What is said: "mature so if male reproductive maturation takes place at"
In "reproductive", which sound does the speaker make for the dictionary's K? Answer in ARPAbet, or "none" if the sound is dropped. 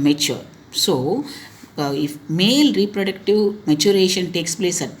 K